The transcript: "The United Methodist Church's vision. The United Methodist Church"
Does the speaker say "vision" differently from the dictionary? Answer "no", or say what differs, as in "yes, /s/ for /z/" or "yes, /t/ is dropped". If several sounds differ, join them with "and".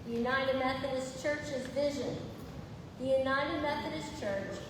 no